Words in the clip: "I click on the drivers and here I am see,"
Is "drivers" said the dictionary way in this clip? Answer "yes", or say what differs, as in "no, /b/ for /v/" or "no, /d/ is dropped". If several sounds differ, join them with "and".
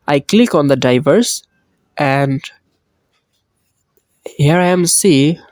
no, /ɹ/ is dropped